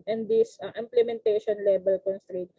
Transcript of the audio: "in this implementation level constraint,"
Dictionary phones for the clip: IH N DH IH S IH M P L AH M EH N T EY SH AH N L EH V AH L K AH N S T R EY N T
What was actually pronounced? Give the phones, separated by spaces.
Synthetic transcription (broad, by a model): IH N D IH S IH M P L AH M EH N T EY SH AH N L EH B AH L K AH N S T R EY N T